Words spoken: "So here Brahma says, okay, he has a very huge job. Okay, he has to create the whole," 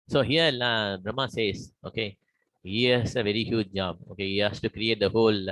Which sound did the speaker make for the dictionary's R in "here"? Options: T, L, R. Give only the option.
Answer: L